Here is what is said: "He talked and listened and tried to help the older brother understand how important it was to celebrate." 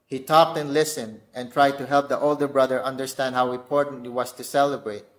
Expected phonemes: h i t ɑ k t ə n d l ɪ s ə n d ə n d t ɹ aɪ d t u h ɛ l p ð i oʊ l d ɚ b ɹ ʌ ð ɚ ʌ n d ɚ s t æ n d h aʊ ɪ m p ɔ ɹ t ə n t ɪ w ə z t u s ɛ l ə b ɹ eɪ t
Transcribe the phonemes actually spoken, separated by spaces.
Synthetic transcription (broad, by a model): h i t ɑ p t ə n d l ɪ s ə n d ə n t ɹ aɪ d t u h ɛ l p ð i oʊ l d ɚ b ɹ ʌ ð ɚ ʌ n d ɚ s t æ n d h aʊ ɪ m p ɔ ɹ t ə n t ɪ w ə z t u s ɛ l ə b ɹ eɪ t